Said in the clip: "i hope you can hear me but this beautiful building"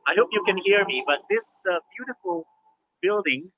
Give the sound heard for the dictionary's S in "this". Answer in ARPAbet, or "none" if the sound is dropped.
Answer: S